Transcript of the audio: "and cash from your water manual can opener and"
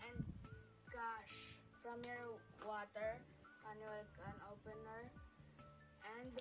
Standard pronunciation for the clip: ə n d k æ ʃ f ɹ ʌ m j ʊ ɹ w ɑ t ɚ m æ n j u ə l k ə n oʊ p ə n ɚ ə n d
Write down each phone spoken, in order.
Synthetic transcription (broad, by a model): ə n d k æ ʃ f ɹ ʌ m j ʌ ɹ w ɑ t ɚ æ n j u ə l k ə n oʊ p ə n ɚ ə n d